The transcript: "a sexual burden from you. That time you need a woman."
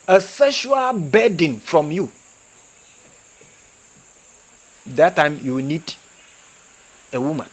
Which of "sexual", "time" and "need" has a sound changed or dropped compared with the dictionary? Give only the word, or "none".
sexual